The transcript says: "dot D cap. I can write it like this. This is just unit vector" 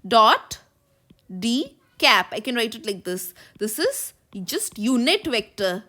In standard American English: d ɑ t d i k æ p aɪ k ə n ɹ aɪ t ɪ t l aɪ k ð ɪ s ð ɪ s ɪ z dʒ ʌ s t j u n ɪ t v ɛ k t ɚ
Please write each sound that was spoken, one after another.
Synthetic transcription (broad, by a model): d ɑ t d i k æ p aɪ k ə n ɹ aɪ t ɪ t l aɪ k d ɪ s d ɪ s ɪ z dʒ ʌ s t j u n ɪ t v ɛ k t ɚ